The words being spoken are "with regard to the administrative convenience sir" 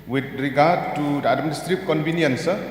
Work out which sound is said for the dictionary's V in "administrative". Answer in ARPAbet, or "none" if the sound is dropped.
P